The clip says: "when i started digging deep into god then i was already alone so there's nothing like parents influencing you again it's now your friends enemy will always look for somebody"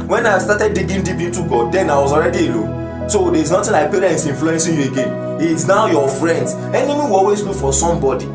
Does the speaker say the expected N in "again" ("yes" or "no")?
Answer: yes